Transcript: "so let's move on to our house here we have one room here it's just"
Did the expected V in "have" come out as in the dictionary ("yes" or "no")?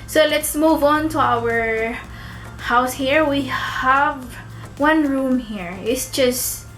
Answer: yes